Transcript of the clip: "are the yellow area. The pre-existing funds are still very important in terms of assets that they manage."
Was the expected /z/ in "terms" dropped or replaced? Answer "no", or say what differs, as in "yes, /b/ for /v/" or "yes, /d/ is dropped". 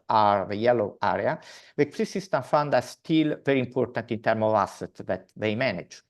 yes, /z/ is dropped